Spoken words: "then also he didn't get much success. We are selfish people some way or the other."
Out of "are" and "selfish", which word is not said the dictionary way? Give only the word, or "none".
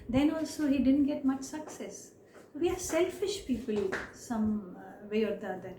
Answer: none